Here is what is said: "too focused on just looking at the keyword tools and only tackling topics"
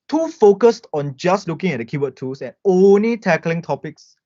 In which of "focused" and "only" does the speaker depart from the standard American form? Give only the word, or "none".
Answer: none